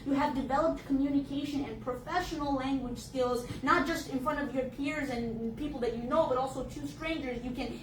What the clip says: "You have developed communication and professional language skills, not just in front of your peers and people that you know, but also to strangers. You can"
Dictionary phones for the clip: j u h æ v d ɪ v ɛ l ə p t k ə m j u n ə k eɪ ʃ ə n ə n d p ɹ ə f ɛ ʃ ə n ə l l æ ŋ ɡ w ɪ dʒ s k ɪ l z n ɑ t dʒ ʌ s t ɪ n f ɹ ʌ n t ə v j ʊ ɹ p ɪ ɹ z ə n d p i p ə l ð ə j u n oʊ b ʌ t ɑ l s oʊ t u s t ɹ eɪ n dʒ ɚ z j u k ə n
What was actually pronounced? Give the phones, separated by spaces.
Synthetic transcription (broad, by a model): j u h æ v d ɪ v ɛ l ə p t k ə m j u n ə k eɪ ʃ ə n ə n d p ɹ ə f ɛ ʃ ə n l l æ ŋ ɡ w ɪ dʒ s k ɪ l z n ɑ t dʒ ʌ s t ɪ n f ɹ ʌ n t ə v j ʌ ɹ p ɪ ɹ z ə n p i p l ð ə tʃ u n oʊ b ʌ t ɑ l s oʊ t u s t ɹ eɪ n dʒ ɚ z j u k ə n